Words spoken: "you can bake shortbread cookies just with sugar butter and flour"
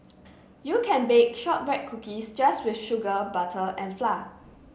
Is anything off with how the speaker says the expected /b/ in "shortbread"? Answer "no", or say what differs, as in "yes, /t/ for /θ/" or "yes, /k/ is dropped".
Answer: yes, /b/ is dropped